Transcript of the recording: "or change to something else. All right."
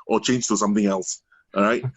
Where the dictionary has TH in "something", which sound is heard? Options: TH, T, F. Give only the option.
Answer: TH